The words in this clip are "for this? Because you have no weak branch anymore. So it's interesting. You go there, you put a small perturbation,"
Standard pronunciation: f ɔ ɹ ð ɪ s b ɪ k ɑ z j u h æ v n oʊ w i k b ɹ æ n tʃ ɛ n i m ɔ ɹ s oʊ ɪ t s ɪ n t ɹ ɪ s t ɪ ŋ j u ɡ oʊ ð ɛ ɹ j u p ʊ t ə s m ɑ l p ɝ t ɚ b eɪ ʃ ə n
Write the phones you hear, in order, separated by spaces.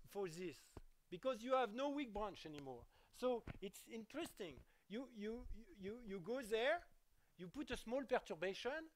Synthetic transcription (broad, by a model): f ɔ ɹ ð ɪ s b ɪ k ɑ z j u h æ v n oʊ w i k b ɹ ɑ n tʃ ɛ n i m ɔ ɹ s oʊ ɪ t s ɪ n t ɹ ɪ s t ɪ ŋ j u ɡ oʊ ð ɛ ɹ j u p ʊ t ə s m ɑ l p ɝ t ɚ b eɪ ʃ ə n